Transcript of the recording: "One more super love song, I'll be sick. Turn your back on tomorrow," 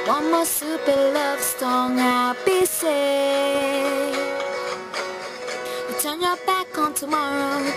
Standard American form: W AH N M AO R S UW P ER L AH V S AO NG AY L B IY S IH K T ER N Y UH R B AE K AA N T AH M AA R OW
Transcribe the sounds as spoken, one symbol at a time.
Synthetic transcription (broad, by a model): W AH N M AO S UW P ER L AH V S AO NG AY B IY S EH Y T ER N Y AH B AE K AA N T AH M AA R OW